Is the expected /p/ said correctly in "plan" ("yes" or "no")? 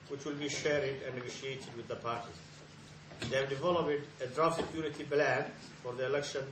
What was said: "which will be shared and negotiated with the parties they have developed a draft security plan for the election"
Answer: no